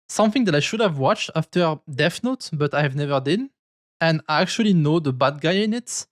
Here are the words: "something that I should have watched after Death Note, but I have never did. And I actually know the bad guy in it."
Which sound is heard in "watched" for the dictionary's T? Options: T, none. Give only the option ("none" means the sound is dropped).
T